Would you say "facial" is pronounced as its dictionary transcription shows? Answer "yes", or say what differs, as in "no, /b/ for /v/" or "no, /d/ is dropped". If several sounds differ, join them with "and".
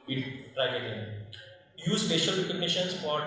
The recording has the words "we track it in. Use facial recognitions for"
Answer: no, /p/ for /f/